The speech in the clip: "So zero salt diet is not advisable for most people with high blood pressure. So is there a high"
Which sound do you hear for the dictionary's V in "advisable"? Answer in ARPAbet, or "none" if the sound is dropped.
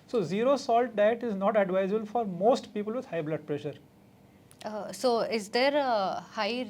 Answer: V